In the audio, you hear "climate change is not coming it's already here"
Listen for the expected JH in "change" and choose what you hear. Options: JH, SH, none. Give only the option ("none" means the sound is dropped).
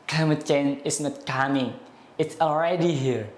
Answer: none